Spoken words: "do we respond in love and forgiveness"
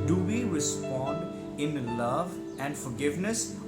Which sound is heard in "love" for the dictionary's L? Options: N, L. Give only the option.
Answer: L